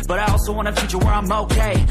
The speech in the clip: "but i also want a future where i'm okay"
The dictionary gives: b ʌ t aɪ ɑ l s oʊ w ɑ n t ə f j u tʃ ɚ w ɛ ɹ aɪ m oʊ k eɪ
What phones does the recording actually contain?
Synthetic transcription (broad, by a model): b ʌ t aɪ ɑ l s oʊ w ɑ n ə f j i tʃ ɚ w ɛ ɹ aɪ m oʊ k eɪ